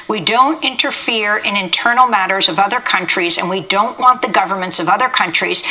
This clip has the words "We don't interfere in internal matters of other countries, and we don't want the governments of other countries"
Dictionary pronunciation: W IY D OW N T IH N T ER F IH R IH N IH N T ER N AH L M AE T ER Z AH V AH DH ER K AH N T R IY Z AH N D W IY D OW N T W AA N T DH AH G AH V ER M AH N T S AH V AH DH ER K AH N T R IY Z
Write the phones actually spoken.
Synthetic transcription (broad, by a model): W IY D OW N T IH N T ER F IH R IH N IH N T ER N L M AE T ER Z AH V AH DH ER K AH N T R IY Z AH N W IY D OW N T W AA N DH AH G AH V ER M AH N T S AH V AH DH ER K AH N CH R IY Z